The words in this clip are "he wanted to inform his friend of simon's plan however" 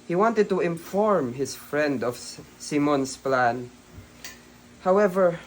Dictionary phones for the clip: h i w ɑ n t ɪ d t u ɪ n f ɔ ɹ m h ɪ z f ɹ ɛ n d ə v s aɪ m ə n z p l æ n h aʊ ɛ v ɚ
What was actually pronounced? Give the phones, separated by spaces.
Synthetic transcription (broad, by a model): h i w ɑ n t ɪ d t u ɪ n f ɔ ɹ m h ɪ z f ɹ ɛ n d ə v s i m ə n s p l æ n h aʊ ɛ v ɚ